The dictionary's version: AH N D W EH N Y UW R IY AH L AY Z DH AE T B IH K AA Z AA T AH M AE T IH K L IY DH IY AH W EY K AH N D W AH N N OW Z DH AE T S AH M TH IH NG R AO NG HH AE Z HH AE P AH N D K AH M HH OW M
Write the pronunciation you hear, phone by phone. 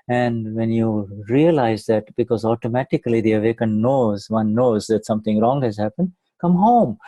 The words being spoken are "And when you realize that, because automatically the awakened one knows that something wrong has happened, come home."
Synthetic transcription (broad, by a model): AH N D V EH N Y UW R IY AH L AY Z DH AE T B IH K AA Z AA T AH M AE T IH K L IY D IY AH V EY K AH N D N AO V N OW Z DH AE T S AH M T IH NG R AO NG HH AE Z HH AE P AH N D K AH M HH OW M